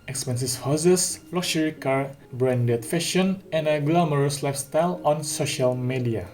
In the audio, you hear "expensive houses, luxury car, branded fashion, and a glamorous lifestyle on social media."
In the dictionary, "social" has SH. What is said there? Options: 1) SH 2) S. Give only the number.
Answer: 1